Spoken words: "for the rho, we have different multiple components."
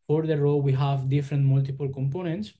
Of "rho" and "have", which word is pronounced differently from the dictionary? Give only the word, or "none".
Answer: none